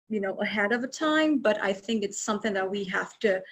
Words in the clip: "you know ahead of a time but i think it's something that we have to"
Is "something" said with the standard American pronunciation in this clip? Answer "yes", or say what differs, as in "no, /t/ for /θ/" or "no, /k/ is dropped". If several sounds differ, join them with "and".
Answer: yes